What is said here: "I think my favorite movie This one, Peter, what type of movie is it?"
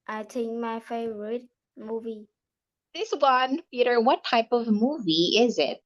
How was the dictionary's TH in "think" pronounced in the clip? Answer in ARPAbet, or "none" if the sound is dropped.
T